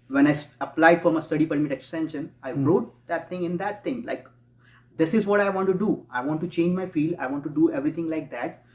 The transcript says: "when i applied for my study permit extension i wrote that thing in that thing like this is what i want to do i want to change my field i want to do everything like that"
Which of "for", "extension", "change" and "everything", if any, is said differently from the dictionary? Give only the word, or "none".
everything